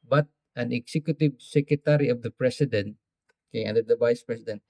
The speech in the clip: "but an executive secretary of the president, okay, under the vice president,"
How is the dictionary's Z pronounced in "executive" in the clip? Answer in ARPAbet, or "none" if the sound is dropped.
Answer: S